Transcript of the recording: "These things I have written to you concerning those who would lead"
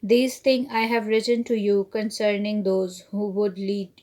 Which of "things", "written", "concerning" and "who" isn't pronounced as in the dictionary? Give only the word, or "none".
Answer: things